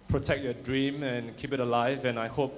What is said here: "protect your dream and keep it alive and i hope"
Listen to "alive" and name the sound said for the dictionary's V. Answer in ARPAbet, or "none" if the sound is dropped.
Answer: V